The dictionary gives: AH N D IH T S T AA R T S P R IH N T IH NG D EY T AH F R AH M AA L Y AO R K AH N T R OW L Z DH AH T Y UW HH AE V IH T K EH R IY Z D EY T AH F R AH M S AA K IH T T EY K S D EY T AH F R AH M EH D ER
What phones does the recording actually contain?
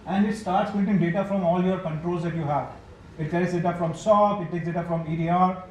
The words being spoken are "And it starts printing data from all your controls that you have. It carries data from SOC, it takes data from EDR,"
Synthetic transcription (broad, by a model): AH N D IH T S T AA R T S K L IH T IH NG D EY T AH F R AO M AA L Y AO R K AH N T R OW L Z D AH T Y UW HH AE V IH T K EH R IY S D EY T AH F R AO M S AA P IH T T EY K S D EY T AH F R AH M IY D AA